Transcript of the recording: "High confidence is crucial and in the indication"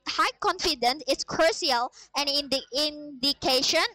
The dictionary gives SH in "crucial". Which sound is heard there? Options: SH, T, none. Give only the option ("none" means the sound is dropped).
none